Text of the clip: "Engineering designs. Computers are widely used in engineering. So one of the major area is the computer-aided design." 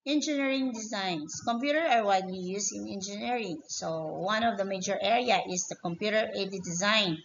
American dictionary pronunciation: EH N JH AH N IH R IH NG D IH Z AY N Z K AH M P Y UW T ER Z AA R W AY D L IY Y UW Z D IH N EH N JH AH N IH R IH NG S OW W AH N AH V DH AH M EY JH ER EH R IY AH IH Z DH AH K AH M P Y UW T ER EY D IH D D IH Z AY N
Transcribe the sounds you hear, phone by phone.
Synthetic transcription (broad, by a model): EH N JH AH N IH R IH NG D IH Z AY N S K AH M P Y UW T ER AA R W AY D L IY Y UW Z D IH N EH N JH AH N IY R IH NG S OW W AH N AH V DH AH M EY JH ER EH R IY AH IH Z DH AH K AH M P Y UW T ER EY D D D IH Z AY N